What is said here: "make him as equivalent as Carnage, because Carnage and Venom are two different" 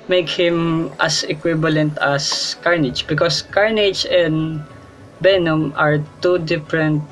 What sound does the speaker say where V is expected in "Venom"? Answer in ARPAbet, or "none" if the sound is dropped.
B